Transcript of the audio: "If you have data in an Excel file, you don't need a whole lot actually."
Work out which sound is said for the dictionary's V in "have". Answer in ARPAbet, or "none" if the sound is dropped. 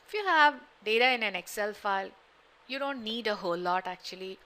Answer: V